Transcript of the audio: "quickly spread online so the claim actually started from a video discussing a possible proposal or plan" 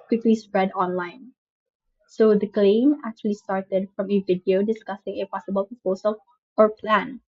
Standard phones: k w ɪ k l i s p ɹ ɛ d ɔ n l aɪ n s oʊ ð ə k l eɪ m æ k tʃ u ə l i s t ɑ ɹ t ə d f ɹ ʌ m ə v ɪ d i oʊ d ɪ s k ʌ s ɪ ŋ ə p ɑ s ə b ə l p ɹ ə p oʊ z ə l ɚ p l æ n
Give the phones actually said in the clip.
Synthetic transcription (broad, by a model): k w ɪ k l i s p ɹ ɛ d ɔ n l aɪ n s oʊ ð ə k l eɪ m æ k tʃ u ə l i s t ɑ ɹ t ə d f ɹ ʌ m ə v ɪ d i oʊ d ɪ s k ʌ s ɪ ŋ ə p ɑ s ə b ə l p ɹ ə p oʊ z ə l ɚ p l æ n